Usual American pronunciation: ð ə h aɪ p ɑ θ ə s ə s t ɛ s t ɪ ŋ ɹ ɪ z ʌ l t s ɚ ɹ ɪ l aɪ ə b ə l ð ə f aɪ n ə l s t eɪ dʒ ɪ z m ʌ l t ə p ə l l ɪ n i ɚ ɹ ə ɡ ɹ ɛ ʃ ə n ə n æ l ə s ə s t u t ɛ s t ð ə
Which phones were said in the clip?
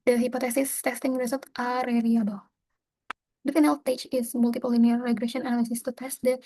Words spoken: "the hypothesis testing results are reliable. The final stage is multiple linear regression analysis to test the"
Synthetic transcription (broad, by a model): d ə h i p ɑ t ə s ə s t ɛ s t ɪ ŋ ɹ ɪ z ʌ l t ɑ ɹ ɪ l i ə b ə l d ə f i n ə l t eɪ tʃ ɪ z m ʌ l t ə p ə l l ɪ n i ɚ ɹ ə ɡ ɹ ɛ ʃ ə n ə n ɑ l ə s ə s t u t ɛ s t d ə